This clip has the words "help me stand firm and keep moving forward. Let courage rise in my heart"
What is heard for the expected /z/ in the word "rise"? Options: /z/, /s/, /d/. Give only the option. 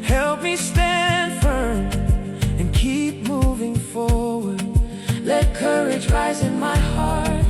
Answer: /z/